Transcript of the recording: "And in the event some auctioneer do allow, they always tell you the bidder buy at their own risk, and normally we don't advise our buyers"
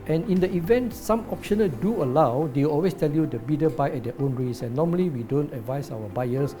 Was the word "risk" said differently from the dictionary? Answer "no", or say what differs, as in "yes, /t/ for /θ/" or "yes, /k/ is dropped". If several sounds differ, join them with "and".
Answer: yes, /k/ is dropped